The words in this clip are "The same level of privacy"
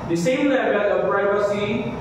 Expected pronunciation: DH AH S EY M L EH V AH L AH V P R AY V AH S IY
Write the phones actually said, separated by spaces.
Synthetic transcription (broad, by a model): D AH S EY M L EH W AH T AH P R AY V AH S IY